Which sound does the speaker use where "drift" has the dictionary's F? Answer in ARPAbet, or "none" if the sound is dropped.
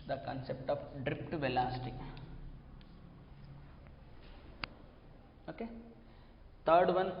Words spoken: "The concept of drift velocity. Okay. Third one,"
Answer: P